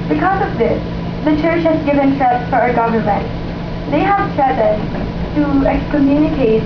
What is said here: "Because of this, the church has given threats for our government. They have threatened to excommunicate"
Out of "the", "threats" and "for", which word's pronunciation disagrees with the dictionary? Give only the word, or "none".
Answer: threats